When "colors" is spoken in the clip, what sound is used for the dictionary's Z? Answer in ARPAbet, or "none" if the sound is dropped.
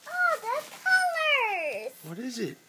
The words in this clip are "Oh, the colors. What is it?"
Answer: none